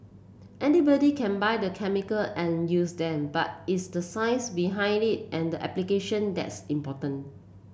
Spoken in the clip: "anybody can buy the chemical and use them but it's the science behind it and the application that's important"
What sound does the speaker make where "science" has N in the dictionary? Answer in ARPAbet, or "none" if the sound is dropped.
none